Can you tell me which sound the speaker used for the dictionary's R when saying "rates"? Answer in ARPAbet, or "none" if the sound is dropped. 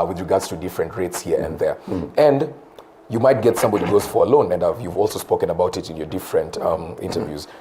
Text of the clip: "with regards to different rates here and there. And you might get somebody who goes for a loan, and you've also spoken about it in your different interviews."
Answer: R